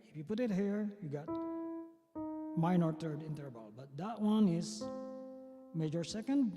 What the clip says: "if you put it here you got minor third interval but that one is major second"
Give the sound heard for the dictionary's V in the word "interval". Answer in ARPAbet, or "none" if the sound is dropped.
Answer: B